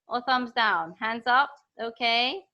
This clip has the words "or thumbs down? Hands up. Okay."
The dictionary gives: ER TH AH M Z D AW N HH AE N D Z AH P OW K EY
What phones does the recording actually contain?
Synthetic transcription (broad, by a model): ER TH AH M Z D AW N HH AE N D Z AH P OW K EY